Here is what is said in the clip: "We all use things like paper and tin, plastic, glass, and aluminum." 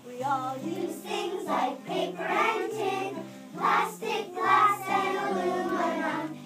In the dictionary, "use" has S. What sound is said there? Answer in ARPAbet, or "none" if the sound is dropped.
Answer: none